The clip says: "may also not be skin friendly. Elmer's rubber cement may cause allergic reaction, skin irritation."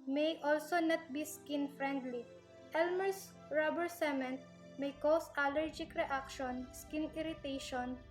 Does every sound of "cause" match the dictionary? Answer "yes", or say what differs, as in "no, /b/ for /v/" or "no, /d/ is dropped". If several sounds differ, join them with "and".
no, /s/ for /z/